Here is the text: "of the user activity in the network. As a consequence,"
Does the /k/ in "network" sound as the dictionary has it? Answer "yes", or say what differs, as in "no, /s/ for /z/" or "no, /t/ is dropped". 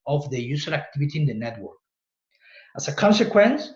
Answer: yes